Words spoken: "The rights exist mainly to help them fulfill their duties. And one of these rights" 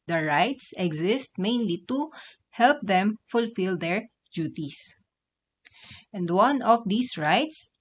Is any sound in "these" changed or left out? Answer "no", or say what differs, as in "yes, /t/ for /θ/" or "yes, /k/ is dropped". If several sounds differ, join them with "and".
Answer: yes, /s/ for /z/